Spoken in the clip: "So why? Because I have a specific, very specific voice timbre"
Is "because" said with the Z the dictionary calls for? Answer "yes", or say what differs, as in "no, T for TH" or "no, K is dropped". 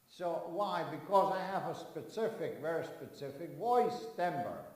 yes